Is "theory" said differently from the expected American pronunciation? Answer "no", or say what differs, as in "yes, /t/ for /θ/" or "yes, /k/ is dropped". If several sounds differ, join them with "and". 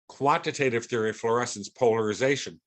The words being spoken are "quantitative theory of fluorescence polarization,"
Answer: no